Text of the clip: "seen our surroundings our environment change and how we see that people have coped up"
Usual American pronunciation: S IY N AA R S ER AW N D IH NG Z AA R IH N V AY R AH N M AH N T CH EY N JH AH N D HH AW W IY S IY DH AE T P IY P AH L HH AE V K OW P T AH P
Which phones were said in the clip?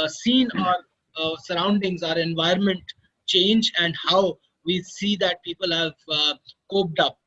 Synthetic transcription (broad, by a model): S IY N AA R S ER AW N D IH NG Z AA R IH N V AY AH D M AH N T CH EY N JH AH N D HH AW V IY S IY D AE T P IY P AH L HH AE V K OW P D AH P